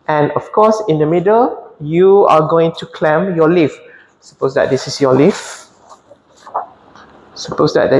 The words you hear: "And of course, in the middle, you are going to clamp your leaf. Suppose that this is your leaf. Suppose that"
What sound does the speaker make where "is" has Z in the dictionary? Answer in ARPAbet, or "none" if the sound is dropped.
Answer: S